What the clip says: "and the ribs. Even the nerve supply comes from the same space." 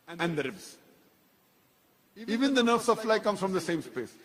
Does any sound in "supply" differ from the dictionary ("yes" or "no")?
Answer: yes